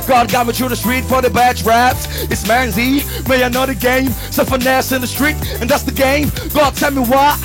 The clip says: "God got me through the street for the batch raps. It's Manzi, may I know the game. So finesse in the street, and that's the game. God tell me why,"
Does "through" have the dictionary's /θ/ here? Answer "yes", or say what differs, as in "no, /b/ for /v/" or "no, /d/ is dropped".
no, /t/ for /θ/